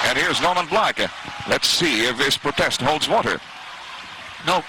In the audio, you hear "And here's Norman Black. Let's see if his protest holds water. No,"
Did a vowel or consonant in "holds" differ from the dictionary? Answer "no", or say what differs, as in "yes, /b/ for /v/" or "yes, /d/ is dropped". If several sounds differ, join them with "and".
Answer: no